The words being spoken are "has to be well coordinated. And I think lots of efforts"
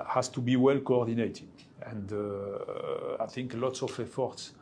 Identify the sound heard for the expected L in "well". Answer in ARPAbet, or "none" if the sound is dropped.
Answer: L